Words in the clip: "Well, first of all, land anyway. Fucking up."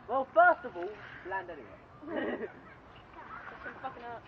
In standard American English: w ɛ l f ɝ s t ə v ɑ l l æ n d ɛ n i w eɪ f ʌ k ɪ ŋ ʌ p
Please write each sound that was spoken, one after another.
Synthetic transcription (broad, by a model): w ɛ l f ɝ s t ə v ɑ l l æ n d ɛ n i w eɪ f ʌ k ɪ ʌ